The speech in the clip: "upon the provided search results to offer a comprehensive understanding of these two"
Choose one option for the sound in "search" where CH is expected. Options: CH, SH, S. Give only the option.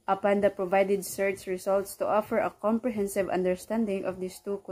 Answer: S